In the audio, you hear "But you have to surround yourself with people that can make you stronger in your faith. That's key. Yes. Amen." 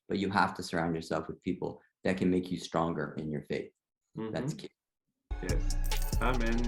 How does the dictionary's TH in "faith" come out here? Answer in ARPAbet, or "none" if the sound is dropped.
TH